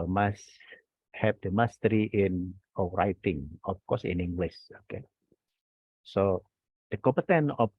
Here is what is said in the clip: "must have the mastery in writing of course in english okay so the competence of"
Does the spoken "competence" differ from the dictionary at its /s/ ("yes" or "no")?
yes